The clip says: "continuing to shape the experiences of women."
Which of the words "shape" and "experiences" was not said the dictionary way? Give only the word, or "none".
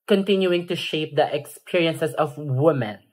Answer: experiences